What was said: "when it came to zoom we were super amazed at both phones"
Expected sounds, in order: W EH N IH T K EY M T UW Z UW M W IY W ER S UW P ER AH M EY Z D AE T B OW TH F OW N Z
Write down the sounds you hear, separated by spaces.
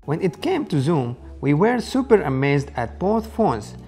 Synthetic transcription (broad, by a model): W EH N IH T K EY M T UW Z UW M W IY W ER S UW P ER AH M EY Z D AE T B OW TH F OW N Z